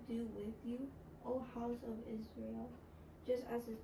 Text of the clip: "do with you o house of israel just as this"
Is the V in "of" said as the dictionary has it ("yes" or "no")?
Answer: yes